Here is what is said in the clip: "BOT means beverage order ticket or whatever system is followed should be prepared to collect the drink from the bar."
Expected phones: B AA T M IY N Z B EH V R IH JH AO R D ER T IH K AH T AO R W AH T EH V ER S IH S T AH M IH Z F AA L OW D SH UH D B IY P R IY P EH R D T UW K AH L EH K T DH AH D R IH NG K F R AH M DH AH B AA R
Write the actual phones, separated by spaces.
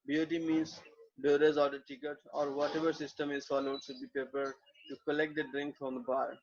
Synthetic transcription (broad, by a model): B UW T M IY N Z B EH R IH Z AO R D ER T IH K AH T AO R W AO T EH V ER S IH S T AH M IH Z F AA L OW D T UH B IY P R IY P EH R D T UW K AH L EH K T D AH D R IH NG K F R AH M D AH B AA R